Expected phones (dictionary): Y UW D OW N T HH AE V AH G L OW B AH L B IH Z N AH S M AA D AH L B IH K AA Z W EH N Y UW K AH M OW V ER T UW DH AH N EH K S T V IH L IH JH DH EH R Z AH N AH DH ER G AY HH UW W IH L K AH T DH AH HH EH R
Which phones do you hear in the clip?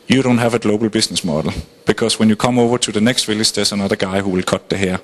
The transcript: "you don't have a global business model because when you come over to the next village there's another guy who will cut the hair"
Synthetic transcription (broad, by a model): Y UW D OW N T HH AE V AH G L OW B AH L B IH S N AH S M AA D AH L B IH K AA S W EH N Y UW K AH M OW V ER S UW DH AH N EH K S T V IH L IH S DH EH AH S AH N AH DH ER G AY HH UW W IH L K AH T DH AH HH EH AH